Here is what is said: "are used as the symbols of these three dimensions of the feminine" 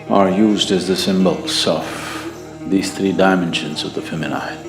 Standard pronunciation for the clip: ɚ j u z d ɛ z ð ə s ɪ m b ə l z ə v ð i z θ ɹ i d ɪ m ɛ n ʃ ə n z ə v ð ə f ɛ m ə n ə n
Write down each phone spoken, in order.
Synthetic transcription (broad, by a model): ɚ j u z d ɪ z ð ə s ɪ m b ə l s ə f ð i z θ ɹ i d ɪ m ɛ n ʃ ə n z ə v ð ə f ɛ m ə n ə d